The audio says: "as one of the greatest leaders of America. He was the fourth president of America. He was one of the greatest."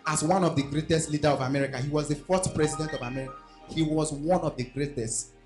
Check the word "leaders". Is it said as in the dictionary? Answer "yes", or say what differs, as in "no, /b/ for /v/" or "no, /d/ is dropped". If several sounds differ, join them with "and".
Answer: no, /z/ is dropped